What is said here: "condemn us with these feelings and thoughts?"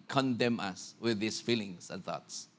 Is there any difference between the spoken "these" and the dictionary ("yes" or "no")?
yes